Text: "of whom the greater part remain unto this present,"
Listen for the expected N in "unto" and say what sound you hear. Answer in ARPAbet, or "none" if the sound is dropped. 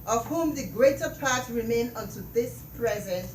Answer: N